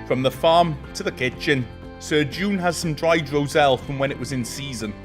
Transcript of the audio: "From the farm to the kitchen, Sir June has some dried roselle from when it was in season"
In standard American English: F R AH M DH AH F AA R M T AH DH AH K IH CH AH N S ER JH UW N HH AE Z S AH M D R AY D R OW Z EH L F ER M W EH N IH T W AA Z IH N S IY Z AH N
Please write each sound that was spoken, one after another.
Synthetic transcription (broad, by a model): F R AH M DH AH F AA M T AH DH AH K IH CH AH N S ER JH UW N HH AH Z S AH M D R AY D R OW Z EH L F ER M W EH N IH T W AA Z IH N S IY Z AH N